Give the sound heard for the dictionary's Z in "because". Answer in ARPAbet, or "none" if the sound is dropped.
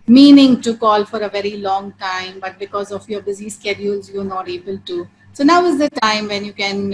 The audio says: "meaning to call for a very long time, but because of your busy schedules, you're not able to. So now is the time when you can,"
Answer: Z